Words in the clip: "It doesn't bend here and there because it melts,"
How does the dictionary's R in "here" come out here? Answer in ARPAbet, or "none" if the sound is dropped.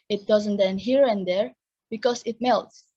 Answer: R